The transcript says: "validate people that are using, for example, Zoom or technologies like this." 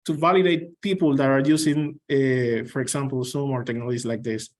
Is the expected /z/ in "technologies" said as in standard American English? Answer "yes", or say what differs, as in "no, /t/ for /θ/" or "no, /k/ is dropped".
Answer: no, /s/ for /z/